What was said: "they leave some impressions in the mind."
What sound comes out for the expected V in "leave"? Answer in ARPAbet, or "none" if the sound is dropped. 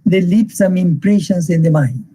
P